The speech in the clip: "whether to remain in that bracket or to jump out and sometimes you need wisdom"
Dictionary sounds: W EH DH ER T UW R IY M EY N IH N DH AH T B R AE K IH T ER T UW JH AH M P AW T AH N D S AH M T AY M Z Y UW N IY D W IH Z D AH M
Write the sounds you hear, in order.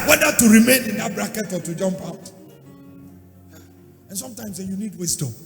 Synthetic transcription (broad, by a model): W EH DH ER T UW R IY M EY N IH N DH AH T B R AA K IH T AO T UW JH AH M P AW T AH N S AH M T AY M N Y UW N IY D W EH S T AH